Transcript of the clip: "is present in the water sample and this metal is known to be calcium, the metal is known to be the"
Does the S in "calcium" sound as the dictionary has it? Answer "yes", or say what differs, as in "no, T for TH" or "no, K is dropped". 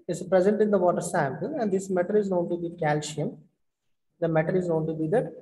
no, SH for S